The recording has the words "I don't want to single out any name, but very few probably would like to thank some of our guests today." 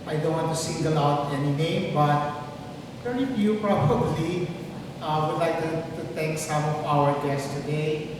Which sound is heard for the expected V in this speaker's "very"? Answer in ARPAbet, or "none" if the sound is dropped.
P